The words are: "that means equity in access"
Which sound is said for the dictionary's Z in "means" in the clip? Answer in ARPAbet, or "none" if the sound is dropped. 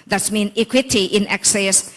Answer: none